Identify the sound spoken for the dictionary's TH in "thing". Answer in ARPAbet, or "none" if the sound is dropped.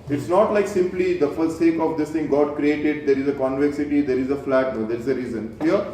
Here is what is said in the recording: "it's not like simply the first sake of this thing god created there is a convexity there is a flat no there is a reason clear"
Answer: T